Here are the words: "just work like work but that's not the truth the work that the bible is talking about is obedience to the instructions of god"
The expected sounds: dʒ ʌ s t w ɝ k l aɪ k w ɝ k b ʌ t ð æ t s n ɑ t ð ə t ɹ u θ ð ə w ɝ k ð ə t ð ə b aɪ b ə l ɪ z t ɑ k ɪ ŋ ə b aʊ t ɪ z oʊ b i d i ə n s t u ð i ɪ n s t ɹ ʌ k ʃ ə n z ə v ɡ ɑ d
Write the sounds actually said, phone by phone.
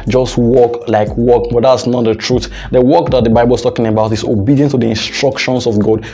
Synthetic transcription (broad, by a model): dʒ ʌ s t w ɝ k l aɪ k w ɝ k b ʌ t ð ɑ t s n ɑ t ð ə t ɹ u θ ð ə w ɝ k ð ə t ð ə b aɪ b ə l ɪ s t ɑ k ɪ ŋ ə b aʊ t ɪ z oʊ b i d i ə n t u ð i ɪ n s t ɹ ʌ k ʃ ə n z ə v ɡ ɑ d